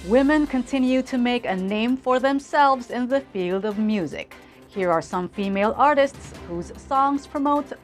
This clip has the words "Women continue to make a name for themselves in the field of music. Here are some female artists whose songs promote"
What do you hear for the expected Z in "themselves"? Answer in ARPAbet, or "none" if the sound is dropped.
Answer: Z